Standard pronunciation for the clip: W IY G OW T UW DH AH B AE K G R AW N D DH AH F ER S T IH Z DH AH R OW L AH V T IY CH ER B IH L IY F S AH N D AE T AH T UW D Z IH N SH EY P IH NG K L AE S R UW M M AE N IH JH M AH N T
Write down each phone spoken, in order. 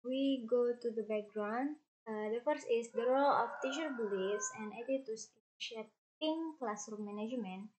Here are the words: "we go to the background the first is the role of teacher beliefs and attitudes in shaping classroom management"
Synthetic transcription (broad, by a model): W IY G OW T UW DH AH B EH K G R AW N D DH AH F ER S IH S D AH R OW L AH F T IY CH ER B IH L IY F S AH N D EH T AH T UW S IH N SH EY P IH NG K L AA S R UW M M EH N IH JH M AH N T